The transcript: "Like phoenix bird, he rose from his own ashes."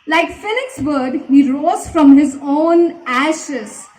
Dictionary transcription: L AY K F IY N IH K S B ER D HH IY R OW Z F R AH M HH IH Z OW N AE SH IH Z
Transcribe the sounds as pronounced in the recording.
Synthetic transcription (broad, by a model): L AY K F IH L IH K S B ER D HH IY R OW Z F R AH M HH IH Z OW N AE SH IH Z